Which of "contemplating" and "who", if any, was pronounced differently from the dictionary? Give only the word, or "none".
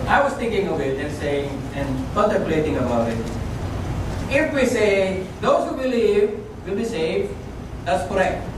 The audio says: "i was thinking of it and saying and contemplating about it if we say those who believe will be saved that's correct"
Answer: contemplating